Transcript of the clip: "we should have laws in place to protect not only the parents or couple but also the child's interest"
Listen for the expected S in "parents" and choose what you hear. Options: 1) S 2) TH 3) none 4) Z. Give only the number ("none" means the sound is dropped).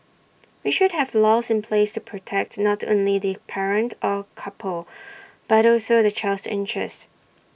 3